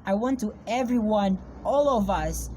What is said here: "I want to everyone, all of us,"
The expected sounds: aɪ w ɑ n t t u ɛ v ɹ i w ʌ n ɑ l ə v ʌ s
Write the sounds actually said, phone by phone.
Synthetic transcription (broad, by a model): aɪ w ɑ n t t u ɛ v ɹ i w ʌ n ɑ l ə v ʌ s